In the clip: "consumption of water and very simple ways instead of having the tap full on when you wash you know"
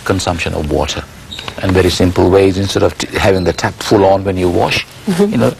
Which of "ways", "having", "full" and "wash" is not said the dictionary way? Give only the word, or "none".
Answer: none